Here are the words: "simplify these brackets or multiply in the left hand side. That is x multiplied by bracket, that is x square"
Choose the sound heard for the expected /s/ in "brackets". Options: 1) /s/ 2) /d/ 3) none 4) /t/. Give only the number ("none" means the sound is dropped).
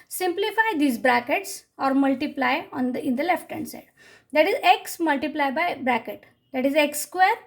1